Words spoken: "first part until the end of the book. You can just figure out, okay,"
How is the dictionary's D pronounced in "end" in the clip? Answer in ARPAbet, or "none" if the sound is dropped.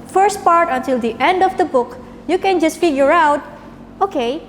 D